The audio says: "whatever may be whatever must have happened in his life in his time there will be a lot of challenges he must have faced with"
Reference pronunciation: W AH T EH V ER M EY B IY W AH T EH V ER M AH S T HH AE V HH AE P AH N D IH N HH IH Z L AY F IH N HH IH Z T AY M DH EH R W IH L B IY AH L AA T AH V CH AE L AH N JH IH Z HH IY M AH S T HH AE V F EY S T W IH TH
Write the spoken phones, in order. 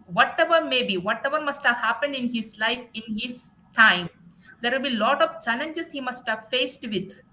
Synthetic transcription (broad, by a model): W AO T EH V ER M EY B IY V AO T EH V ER M AH S T HH AE V HH AE P AH N D IH N HH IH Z L AY F IH N HH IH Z T AY M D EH R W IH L B IY L AA T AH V CH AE L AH N JH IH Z HH IY M AH S T HH AE V F EY S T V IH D